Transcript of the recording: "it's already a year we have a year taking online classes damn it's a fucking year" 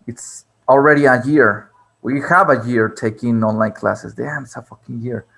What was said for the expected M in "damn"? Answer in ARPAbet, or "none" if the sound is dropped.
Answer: none